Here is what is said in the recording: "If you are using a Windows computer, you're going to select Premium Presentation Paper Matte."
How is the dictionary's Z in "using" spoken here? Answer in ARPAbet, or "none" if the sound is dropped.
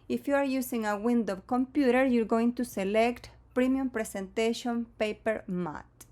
S